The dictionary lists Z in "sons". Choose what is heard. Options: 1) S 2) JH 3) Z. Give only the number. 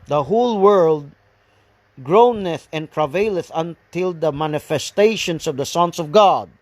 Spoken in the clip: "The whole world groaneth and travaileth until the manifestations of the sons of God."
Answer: 1